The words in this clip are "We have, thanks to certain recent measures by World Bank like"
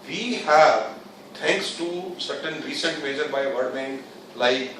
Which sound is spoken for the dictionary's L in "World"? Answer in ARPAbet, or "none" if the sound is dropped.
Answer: none